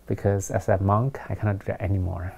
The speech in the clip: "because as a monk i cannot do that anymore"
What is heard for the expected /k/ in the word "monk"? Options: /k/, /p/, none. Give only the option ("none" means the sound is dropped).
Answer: /k/